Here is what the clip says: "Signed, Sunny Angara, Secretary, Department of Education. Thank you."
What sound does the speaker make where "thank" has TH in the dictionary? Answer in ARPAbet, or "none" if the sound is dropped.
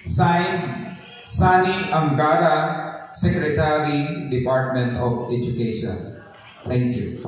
T